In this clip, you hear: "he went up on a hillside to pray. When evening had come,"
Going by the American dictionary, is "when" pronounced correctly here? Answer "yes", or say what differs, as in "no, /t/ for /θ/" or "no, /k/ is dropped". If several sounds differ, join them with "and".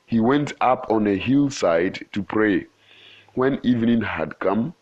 yes